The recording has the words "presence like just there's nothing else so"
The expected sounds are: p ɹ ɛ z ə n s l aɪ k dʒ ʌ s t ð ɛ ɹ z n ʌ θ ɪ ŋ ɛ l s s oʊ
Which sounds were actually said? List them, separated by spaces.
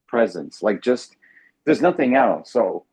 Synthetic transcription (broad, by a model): p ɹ ɛ z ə n s l aɪ k dʒ ʌ s t ð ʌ ɹ z n ʌ θ ɪ ŋ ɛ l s s oʊ